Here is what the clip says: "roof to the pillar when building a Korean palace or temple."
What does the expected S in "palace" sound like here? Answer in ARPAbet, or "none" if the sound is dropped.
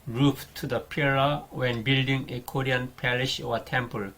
SH